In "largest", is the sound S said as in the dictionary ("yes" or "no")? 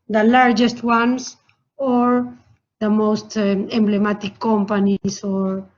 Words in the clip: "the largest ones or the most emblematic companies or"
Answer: yes